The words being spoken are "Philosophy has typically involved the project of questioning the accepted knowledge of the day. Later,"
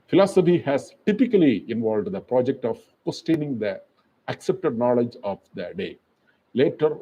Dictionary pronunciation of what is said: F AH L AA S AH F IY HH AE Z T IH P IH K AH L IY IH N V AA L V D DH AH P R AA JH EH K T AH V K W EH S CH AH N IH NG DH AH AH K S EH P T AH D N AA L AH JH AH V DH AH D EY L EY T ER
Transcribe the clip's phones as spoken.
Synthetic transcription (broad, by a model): F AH L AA S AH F IY HH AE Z T IH P IH K AH L IY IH N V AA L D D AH P R AA JH EH K T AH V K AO S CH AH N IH NG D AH AH K S EH P T AH D N AA L AH JH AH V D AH D EY L EY T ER